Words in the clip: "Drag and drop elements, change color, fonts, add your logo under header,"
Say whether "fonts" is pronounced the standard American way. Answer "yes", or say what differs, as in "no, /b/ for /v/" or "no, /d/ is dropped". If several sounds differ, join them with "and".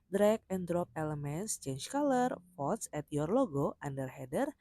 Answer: no, /n/ is dropped